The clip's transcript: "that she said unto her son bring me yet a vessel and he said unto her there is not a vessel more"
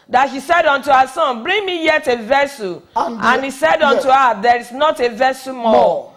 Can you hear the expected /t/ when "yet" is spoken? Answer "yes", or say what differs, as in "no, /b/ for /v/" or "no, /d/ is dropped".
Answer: yes